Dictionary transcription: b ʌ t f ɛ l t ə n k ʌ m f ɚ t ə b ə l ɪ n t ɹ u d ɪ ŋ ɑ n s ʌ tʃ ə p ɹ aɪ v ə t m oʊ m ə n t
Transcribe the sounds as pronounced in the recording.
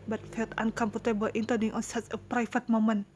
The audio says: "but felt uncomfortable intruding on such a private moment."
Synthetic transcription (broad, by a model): b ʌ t f ɛ l t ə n k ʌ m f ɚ t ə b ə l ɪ n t ʌ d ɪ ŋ ɑ n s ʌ s ə p ɹ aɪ f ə t m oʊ m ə n